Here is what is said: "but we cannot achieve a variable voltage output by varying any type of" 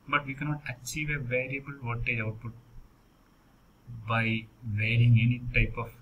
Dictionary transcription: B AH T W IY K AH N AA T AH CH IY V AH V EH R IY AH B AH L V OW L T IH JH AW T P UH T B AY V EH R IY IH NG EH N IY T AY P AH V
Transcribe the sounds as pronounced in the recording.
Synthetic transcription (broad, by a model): B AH T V IY K AH N AA T AH CH IY V AH V EH R IY AH B AH L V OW T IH AW T P UH T B AY V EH R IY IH NG EH N IY T AY P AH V